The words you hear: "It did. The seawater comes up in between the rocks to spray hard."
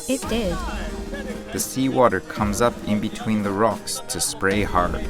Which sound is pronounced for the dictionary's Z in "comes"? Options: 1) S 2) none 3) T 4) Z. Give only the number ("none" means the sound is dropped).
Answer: 4